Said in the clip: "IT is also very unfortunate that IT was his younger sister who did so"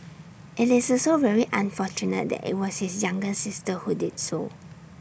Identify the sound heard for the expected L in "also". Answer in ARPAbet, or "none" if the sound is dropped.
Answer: none